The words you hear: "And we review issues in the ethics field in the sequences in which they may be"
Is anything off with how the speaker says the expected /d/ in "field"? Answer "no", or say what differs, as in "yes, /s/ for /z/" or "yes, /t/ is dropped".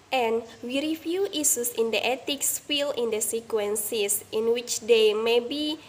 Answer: yes, /d/ is dropped